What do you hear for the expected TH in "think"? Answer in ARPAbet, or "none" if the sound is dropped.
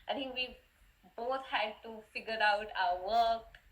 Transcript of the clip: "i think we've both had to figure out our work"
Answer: T